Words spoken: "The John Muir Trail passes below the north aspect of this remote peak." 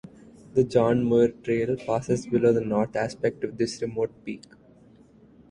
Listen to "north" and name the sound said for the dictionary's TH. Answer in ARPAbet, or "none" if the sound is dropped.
T